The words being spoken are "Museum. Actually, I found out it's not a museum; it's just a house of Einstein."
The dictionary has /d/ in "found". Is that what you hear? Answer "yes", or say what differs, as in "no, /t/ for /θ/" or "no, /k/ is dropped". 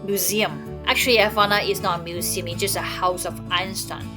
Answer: no, /d/ is dropped